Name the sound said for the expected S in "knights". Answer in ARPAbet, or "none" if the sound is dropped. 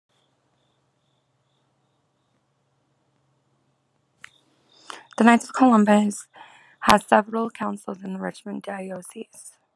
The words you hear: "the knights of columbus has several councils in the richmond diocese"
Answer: none